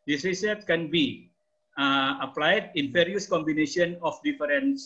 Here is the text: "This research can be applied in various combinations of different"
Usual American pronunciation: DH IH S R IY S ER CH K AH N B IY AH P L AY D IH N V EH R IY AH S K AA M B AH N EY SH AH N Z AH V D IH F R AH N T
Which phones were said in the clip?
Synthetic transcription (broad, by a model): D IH S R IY S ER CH K AH N B IY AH P L AY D IH N F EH R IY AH S K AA M B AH N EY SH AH N AH F D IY F R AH N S